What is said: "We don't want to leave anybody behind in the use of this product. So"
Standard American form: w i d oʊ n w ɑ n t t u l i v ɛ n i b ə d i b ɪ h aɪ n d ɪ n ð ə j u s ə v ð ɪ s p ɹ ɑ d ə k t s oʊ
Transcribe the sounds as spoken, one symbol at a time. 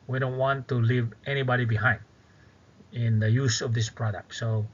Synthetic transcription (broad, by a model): w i d oʊ n w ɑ n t t u l i v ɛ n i b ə d i b ɪ h aɪ n d ɪ n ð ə j u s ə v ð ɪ s p ɹ ɑ d ə k t s oʊ